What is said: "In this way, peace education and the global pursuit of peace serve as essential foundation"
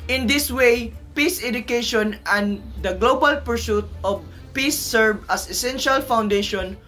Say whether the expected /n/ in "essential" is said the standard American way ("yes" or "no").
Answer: yes